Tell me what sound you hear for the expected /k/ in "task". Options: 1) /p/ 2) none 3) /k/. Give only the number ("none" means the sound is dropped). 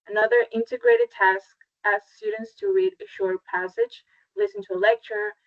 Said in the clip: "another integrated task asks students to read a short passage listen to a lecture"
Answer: 3